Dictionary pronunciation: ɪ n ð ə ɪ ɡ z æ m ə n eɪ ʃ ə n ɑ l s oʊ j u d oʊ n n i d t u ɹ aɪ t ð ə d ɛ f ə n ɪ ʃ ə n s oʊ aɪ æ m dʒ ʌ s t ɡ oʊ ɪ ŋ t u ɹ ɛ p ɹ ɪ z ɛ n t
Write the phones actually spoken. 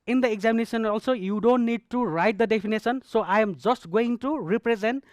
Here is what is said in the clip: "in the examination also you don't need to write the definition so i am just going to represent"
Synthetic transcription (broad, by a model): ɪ n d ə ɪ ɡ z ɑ m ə n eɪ s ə n ɑ l s oʊ j u d oʊ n n i d t u ɹ aɪ t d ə d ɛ p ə n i s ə n s oʊ aɪ m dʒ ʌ s t ɡ oʊ ɪ ŋ t u ɹ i p ɹ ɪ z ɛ n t